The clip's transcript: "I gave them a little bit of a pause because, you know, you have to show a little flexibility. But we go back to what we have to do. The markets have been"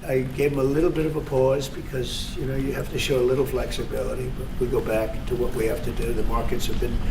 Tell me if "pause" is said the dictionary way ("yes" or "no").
yes